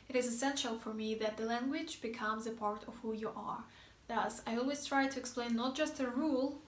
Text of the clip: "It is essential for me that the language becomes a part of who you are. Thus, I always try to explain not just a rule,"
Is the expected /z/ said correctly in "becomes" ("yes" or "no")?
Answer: yes